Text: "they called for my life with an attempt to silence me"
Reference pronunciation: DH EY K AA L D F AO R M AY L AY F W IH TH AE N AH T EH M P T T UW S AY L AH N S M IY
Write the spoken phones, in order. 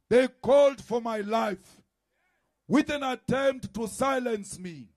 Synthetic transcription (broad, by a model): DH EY K AA L D F AO R M AY L AY F W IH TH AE N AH T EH M P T T UW S AY L AH N S M IY